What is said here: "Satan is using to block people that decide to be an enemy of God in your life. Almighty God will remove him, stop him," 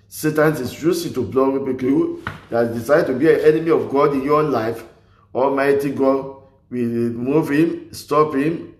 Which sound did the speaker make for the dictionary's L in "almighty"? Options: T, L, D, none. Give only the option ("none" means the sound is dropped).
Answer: L